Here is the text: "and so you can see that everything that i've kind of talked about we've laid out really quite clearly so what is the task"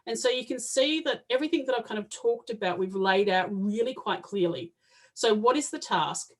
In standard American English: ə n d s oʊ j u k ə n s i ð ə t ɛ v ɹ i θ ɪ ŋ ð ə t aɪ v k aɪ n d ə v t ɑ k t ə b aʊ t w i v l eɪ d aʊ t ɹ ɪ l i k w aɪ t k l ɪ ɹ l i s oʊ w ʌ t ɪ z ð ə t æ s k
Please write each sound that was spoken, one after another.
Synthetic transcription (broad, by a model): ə n s oʊ j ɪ k ə n s i ð ə t ɛ v ɹ i θ ɪ ŋ ð ə t aɪ v k aɪ n d ə v t ɑ k t ə b aʊ t w i v l eɪ d aʊ t ɹ ɪ l i k w aɪ t k l ɪ ɹ l i s oʊ w ʌ t ɪ z ð ə t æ s k